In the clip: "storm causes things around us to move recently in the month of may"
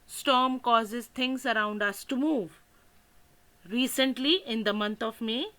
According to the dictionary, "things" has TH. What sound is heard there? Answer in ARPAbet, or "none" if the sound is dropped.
T